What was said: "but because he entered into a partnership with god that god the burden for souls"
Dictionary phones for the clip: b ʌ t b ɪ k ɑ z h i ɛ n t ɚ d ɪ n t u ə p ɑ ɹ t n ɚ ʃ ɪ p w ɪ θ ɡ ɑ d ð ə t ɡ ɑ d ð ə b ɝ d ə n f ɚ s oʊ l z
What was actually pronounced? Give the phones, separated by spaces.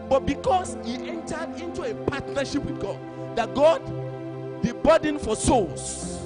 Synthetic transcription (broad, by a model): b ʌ t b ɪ k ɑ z h i ɛ n t ɚ d ɪ n t u ə p ɑ t n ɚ ʃ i p w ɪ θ ɡ ɑ d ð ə t ɡ ɑ d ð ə b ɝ d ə n f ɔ s oʊ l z